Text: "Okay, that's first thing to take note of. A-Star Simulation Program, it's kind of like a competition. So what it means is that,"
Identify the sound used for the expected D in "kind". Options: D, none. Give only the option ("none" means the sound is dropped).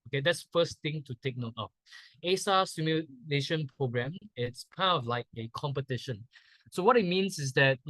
none